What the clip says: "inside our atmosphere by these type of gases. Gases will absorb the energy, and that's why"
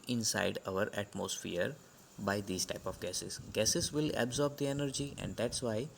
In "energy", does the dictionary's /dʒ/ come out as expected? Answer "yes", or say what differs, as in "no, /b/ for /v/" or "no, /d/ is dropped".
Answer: yes